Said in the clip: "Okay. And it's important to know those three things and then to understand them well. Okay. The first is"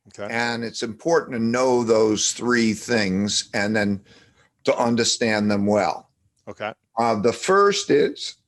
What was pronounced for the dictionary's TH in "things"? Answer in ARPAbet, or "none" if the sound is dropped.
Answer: TH